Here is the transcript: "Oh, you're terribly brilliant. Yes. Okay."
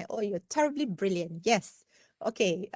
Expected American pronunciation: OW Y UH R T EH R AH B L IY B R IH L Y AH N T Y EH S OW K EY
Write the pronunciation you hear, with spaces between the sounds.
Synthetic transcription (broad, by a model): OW Y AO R T EH R AH B L IY B R IH L Y AH N T Y EH S OW K EY